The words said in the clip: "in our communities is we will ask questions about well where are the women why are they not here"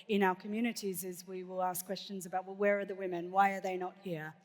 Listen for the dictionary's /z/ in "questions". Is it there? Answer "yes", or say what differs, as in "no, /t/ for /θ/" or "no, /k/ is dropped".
yes